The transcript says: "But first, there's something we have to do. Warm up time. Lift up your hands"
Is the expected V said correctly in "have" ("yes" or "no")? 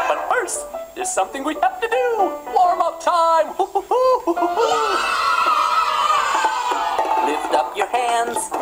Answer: no